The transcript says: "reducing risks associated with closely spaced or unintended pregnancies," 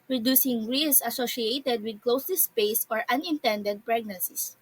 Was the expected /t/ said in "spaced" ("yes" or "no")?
no